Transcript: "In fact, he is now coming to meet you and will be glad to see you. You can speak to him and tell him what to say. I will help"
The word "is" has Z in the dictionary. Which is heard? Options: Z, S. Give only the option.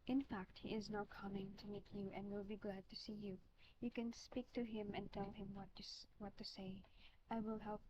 Z